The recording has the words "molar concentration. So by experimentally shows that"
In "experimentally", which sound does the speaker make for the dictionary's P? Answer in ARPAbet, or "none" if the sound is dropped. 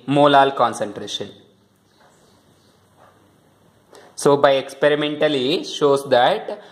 P